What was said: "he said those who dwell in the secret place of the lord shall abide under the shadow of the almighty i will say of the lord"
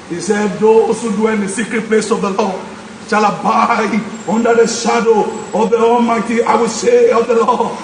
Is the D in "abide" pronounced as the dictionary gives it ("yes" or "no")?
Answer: no